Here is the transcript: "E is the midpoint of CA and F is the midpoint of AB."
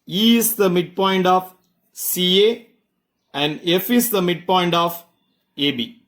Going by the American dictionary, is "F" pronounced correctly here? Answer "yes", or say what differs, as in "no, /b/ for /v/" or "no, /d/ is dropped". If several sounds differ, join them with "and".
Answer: yes